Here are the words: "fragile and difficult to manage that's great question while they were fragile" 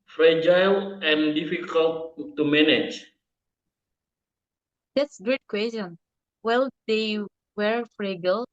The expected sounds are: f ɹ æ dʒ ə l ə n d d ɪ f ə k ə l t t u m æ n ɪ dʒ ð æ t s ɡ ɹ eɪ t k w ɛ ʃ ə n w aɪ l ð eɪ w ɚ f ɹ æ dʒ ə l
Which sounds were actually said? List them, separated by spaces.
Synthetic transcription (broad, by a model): f ɹ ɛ dʒ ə l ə n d d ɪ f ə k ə l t t u m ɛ n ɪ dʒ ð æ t s ɡ ɹ eɪ t k w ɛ ə n w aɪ l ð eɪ w ɚ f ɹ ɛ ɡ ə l